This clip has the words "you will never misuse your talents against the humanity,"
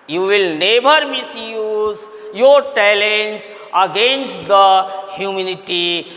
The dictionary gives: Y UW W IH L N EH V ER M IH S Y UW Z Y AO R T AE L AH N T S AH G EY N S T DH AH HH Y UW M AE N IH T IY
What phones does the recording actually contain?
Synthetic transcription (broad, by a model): Y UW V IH L N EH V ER M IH S Y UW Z Y AO R T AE L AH N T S AH G EY N S T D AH HH Y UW M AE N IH T IY